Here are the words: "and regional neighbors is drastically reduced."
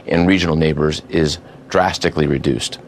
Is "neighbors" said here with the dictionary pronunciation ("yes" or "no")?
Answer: yes